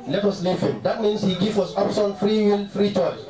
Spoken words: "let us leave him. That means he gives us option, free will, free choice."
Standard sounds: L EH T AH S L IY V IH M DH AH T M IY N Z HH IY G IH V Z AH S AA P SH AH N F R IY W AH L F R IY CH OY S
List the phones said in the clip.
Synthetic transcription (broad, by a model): L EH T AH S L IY F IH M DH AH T M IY N S HH IY G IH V AH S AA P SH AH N F R IY W AH L F R IY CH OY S